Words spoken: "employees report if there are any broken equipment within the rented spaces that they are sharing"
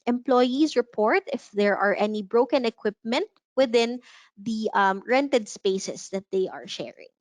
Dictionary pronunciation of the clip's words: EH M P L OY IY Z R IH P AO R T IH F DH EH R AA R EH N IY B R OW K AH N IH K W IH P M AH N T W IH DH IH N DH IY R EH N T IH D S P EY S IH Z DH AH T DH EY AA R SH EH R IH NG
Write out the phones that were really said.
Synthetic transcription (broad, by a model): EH M P L OY IY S R IH P AO R T IH F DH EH R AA R EH N IY B R OW K AH N IH K W IH P M AH N T W IH DH IH N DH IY R EH N T IH D S P EY S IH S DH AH T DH EY AA R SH EH R IH NG